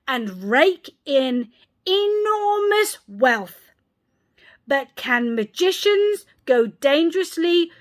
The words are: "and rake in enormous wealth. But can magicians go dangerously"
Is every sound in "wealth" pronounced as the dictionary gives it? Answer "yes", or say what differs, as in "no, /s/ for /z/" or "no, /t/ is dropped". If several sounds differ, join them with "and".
yes